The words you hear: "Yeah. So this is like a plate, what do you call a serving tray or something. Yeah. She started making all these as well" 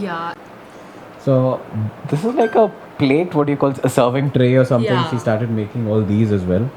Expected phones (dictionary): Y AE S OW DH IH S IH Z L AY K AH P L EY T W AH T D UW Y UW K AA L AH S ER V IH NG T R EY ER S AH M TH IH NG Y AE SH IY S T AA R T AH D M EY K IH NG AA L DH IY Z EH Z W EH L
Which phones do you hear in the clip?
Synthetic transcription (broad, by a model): Y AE S OW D IH S IH Z L AY K AH P L EY T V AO T Y UW K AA L AH S ER V IH NG T R EY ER S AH M T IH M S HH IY S T AA R T AH D M EY K IH NG AA L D IY Z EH Z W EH L